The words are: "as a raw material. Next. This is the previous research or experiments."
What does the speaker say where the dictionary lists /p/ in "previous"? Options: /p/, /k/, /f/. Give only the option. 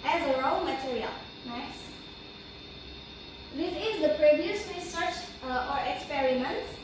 /p/